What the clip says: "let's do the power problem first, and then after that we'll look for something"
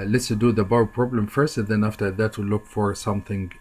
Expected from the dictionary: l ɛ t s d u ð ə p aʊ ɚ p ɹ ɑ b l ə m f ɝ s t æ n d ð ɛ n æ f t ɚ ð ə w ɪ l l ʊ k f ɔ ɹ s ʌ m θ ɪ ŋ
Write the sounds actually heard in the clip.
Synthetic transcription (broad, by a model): l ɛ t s d u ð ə b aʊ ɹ p ɹ ɑ b l ə m f ɝ s t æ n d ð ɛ n æ f t ɚ ð ə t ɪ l l ʊ k f ɔ ɹ s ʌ m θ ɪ ŋ